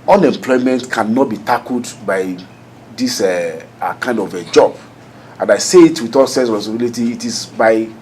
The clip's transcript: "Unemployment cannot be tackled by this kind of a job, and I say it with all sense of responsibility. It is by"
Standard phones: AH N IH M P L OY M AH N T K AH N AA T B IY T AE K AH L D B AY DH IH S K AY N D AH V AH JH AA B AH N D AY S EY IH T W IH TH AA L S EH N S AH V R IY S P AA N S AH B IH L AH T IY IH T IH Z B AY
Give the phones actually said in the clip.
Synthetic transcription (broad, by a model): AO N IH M P L OY M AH N T K AH N AA T B IY T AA K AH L D B AY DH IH S K AY N D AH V AH JH AA B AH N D AY S EY IH T W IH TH AA L S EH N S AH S AA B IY L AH T IY T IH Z B AY